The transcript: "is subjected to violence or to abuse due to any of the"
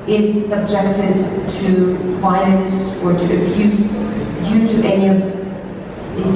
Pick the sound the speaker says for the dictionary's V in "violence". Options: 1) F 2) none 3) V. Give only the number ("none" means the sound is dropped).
1